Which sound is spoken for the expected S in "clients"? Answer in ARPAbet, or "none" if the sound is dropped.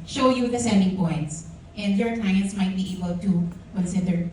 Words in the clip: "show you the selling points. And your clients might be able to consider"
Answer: S